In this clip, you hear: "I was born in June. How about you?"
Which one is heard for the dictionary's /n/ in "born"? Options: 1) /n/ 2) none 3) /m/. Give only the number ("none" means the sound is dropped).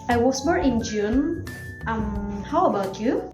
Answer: 2